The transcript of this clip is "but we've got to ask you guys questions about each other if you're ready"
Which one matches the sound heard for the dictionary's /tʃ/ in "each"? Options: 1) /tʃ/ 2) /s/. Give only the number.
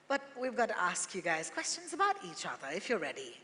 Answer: 1